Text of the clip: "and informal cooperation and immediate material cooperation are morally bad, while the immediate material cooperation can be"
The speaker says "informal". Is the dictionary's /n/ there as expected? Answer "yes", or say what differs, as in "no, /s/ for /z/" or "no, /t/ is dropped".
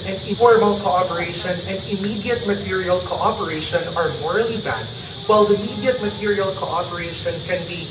no, /n/ is dropped